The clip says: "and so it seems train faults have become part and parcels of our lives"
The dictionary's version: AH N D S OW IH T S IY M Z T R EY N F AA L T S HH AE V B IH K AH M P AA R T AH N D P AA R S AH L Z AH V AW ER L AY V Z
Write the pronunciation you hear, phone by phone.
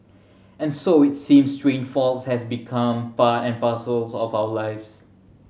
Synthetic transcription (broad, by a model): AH N S OW IH T S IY M S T R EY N F AA L T S HH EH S B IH K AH M P AA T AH N P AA S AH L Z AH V AW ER L AY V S